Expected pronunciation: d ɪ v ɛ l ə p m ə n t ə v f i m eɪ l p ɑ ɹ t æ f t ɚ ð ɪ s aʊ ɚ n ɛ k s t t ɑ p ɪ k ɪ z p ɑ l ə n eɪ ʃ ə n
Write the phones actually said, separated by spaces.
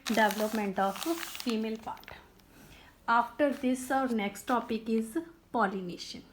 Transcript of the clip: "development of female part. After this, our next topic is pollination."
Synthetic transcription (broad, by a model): d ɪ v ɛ l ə p m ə n t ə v f i m eɪ l p ɑ ɹ t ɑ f t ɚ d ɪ s aʊ ɚ n ɛ k s t t ɑ p ɪ k ɪ z p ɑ l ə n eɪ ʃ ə n